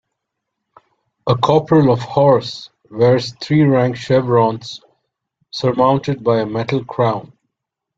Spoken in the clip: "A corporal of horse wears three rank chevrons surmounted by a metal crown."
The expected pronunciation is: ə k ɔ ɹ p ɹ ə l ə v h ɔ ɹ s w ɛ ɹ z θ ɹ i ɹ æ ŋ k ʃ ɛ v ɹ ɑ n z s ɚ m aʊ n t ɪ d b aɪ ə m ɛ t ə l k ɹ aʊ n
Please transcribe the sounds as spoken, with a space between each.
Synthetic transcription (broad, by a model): ə k ɔ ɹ p ɹ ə l ə v h ɔ ɹ s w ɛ ɹ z t ɹ i ɹ æ ŋ k ʃ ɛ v ɹ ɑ n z s ɚ m aʊ n t ɪ d b aɪ ə m ɛ t ə l k ɹ aʊ n